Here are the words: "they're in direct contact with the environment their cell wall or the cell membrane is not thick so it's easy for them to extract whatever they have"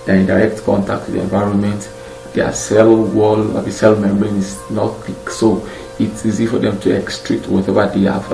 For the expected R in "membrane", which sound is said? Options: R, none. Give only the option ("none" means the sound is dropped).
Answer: none